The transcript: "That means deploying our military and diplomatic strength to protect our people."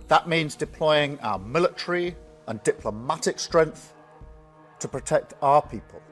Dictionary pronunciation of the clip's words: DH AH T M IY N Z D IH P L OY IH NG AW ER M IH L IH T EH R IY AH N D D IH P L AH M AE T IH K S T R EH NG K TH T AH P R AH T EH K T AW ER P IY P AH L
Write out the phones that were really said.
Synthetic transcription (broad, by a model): DH AH T M IY N Z D IH P L OY IH NG AW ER M IH L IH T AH R IY AH N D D IH P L AH M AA T IH K S T R EH NG K TH T AH P R AH T EH K T AW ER P IY P AH L